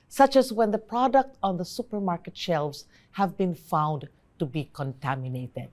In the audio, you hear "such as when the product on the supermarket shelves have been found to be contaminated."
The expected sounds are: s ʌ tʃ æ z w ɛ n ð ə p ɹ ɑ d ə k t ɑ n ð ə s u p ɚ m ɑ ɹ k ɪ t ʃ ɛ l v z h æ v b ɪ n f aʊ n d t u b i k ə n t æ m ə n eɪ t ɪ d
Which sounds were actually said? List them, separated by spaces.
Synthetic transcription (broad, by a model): s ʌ tʃ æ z w ɛ n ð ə p ɹ ɑ d ə k t ɑ n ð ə s u p ɚ m ɑ ɹ k ɪ t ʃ ɛ l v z h æ v b ɪ n f aʊ n d t u b i k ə n t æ m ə n eɪ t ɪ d